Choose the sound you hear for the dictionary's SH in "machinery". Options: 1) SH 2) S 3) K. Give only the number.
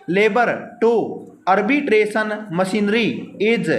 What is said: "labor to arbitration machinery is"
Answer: 2